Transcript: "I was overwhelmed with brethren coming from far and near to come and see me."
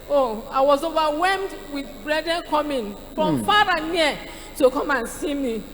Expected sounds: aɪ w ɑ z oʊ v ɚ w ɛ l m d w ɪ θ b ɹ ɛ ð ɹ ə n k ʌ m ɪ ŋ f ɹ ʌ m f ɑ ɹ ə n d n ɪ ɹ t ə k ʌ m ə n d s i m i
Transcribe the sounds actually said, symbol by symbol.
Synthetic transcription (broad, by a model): aɪ w ɑ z oʊ v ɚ w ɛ m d w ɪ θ b ɹ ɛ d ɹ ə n k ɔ m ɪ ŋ f ɹ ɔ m f ɑ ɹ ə n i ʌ t ə k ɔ m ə n s i m i